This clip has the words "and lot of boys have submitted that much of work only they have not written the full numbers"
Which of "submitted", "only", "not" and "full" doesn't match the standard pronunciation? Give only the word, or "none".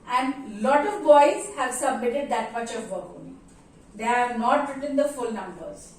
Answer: only